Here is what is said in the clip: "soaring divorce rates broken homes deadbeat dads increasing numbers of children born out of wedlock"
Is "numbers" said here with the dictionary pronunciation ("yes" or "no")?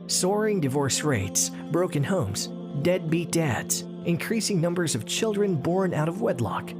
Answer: yes